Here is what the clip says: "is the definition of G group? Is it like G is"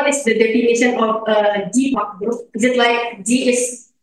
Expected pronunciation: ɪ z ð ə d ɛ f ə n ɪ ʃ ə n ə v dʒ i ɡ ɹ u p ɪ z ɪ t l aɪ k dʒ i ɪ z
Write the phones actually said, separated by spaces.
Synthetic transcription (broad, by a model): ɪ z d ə d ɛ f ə n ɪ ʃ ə n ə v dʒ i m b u ɪ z ɪ t l aɪ k dʒ i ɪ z